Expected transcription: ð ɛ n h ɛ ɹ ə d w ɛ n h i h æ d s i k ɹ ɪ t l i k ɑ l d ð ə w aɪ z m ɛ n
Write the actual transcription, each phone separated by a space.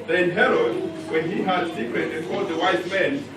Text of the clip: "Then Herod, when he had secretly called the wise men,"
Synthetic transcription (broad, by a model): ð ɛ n h ɛ ɹ ə d w ɛ n h i h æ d s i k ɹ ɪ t i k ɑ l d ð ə w aɪ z m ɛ n